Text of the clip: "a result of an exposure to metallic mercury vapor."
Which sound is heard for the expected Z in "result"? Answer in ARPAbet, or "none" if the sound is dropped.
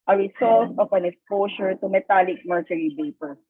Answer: S